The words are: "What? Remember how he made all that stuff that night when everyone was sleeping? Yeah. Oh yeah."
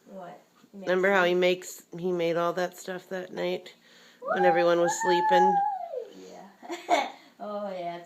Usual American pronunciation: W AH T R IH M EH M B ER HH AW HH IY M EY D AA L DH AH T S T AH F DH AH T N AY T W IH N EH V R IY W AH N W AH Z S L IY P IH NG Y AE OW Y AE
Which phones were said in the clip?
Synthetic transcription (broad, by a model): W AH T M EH M B ER HH AW HH IY M EY D AA L DH AH T S T AH F DH AH T N AY T W IH N EH V R IY W AH N W AH Z S L IY P IH NG Y AE OW Y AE